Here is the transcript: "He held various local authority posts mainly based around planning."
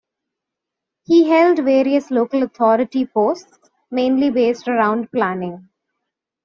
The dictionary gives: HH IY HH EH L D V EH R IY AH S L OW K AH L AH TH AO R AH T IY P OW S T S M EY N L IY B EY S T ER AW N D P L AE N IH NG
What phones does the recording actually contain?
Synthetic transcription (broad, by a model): HH IY HH EH L D V EH R IY AH S L OW K AH L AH T AO R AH T IY P OW S T S M EY N L IY B EY S T ER AW N D P L AE N IH NG